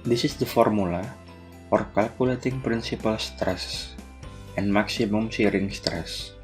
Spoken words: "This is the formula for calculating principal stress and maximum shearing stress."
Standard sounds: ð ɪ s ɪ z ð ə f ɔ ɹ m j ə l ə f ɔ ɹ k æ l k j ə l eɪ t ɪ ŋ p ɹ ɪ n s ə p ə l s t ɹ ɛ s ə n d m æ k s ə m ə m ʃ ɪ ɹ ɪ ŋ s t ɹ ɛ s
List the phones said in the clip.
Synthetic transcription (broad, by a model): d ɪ s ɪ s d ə f ɔ ɹ m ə l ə f ɔ ɹ k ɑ l k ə l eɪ t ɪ ŋ p ɹ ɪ n s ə p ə l s t ɹ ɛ s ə n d m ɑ k s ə m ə m s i ɹ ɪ ŋ s t ɹ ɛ s